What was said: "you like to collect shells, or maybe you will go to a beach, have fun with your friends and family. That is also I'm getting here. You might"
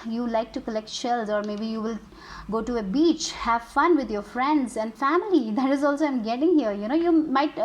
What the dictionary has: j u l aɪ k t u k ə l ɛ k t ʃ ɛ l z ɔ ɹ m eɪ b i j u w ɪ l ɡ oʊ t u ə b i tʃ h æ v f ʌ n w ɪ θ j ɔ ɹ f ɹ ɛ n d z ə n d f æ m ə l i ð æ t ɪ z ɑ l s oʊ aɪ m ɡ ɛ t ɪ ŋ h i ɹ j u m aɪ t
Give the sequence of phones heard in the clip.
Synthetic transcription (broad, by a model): j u l aɪ k t u k ə l ɛ k t ʃ ɛ l z ɔ ɹ m eɪ b i j u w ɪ l ɡ oʊ t u ə b i tʃ h æ v f ʌ n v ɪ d j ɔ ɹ f ɹ ɛ n d z ə n d f æ m ə l i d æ t ɪ z ɑ l s oʊ aɪ m ɡ ɛ t ɪ ŋ h i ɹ j u m aɪ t